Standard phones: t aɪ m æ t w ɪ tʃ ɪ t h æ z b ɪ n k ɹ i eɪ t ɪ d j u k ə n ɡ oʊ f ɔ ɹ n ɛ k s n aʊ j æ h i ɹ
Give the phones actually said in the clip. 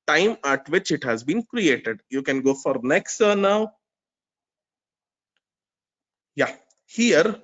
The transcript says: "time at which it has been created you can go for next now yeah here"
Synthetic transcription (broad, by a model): t aɪ m æ t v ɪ tʃ ɪ t h æ z b ɪ n k ɹ i eɪ t ɪ d j u k ə n ɡ oʊ f ɔ ɹ n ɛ k s n aʊ j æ h i ɹ